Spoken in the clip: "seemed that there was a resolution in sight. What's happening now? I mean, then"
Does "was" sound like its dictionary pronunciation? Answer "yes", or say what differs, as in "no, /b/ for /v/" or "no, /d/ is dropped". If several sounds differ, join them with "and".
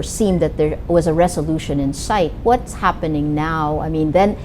yes